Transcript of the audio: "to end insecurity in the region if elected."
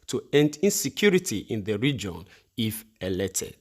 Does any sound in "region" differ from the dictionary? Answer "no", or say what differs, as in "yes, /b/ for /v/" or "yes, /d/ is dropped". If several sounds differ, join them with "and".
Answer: no